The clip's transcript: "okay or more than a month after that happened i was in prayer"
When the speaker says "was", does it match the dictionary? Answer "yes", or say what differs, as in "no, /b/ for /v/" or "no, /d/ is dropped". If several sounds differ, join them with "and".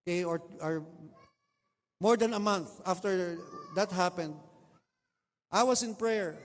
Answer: no, /s/ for /z/